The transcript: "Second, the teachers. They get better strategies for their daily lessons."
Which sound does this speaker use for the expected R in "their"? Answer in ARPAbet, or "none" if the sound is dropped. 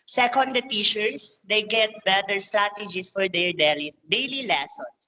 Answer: L